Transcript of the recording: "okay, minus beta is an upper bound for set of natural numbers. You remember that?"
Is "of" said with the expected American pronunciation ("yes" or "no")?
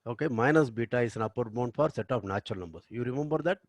no